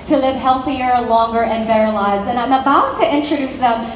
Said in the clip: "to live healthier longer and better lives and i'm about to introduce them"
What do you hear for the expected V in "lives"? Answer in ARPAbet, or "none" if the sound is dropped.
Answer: none